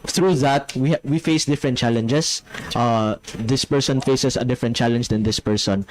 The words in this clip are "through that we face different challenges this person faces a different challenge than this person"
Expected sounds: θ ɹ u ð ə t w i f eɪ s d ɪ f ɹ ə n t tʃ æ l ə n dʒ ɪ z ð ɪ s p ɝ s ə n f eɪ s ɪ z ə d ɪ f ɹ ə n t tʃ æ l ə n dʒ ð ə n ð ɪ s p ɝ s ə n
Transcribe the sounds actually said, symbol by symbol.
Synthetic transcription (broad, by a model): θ ɹ u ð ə t w i f eɪ s d ɪ f ɹ ə n t tʃ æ l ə n dʒ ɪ s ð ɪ s p ɝ s ə n f eɪ s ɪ s ə d ɪ f ɹ ə n t tʃ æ l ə n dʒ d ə n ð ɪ s p ɝ s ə n